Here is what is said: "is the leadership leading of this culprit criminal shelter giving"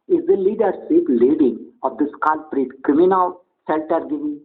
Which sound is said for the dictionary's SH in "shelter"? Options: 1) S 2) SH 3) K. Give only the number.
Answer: 1